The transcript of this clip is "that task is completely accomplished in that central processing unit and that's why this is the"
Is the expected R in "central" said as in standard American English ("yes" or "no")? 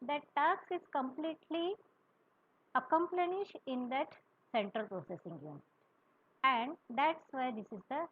yes